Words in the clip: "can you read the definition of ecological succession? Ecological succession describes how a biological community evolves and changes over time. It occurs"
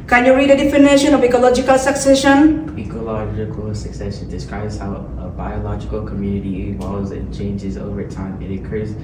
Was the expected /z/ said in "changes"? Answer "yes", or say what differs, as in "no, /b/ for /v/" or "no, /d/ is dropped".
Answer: yes